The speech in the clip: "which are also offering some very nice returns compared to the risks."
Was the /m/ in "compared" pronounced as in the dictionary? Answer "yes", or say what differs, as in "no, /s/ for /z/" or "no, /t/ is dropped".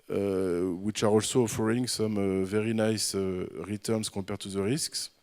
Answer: no, /m/ is dropped